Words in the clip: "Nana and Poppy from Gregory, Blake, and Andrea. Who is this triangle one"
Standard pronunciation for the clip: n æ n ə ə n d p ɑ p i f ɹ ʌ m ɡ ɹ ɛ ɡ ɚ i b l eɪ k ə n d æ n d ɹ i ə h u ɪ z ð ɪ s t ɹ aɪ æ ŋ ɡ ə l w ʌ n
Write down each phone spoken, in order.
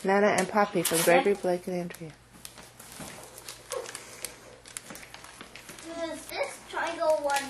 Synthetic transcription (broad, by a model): n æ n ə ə n p ɑ p i f ɹ ʌ m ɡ ɹ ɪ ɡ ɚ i b l eɪ k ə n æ n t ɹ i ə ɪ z ð ɪ s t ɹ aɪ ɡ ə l w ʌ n